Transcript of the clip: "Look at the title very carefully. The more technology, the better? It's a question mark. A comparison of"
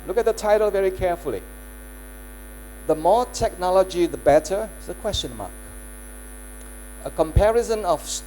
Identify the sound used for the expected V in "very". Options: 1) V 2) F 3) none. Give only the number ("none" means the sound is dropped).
1